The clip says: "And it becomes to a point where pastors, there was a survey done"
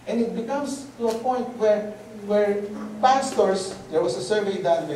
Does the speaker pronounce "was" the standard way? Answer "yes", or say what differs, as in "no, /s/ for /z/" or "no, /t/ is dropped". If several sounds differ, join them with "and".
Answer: no, /s/ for /z/